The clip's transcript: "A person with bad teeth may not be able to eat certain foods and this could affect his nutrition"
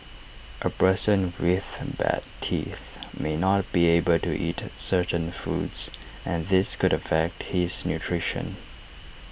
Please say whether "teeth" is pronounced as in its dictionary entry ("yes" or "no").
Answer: yes